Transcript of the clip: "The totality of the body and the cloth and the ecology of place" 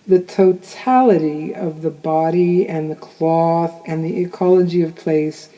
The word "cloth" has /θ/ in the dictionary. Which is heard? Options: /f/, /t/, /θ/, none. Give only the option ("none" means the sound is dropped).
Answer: /θ/